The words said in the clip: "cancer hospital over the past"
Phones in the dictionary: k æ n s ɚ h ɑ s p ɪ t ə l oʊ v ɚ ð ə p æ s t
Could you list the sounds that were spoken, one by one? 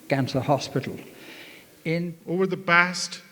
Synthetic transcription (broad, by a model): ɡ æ n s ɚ h ɑ s p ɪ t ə n oʊ v ɚ ð ə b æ s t